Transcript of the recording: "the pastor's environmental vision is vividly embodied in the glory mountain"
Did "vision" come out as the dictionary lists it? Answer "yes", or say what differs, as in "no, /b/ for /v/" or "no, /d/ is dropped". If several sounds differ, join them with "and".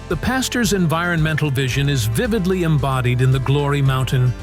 yes